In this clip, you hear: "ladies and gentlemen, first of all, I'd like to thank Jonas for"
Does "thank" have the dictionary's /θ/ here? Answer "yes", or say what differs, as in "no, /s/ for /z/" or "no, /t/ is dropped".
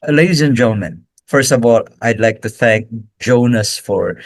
yes